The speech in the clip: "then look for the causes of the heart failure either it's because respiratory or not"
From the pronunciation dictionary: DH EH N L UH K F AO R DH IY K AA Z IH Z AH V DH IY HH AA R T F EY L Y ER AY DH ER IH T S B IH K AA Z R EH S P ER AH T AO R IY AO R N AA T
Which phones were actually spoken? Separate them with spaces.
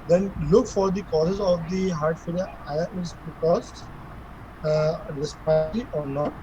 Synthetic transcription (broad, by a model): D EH N L UH K F AO R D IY K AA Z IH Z AH V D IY HH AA R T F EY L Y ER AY ER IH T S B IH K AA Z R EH S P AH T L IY AO R N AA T